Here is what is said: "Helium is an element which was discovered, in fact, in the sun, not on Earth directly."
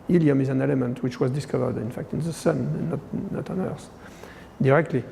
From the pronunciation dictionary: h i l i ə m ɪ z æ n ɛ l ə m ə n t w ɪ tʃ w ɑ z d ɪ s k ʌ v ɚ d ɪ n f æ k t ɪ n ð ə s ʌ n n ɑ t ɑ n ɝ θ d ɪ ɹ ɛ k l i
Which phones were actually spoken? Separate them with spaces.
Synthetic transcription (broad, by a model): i l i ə m ɪ z æ n ɛ l ə m ə n t w ɪ tʃ w ɑ z d ɪ s k ʌ v ɚ d ɪ n f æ k t ɪ n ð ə s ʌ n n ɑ t ɑ n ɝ s d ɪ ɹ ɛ k l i